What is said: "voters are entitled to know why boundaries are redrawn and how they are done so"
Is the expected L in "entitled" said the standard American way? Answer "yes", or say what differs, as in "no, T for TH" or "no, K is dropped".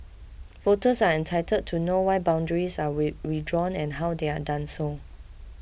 no, L is dropped